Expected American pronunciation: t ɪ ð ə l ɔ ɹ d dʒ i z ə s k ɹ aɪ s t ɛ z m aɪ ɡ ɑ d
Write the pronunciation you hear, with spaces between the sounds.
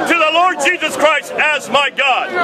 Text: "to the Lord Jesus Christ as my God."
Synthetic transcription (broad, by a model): t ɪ ð ə l ɔ ɹ d dʒ i z ə s k ɹ aɪ s t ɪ z m aɪ ɡ ɑ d